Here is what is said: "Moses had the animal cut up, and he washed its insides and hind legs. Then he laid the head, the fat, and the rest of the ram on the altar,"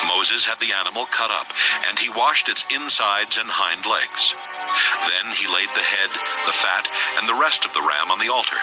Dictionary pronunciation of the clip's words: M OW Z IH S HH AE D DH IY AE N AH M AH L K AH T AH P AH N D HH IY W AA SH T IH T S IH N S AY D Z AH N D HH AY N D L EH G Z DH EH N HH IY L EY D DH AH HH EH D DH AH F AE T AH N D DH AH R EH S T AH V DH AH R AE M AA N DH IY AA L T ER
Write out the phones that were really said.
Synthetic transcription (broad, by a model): M OW Z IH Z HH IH D DH IY AE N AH M L K AH T AH P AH N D IY W AA SH T IH T S IH N S AY D Z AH N HH AY N D L EH G Z DH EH N IY L EY D DH AH HH EH D DH AH F AE T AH N DH AH R EH S T AH V DH AH R AE M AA N DH IY AA L T ER